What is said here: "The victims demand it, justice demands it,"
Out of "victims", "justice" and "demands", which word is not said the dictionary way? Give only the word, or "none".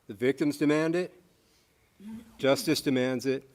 none